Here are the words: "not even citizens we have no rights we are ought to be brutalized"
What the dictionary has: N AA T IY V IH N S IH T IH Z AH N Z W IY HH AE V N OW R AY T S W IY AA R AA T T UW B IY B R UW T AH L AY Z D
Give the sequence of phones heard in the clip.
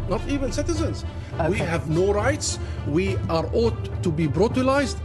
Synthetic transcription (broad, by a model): N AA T IY V IH N S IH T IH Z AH N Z W IY HH AE V N OW R AY T S W IY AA R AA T T UW B IY B R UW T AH L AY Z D